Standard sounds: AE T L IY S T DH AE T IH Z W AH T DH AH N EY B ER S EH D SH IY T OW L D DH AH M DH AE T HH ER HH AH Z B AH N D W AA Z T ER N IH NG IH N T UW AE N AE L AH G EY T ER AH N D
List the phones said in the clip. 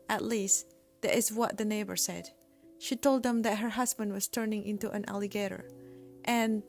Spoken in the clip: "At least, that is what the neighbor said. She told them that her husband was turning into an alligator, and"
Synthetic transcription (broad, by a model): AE T L IY S T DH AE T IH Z W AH T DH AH N EY B ER S EH D SH IY T OW L D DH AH M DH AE T HH ER HH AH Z B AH N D W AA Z T ER N IH NG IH N T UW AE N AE L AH G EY T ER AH N